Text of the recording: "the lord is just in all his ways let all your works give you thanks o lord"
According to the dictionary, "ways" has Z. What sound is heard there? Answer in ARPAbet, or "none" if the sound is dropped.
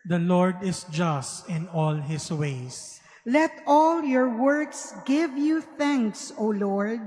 S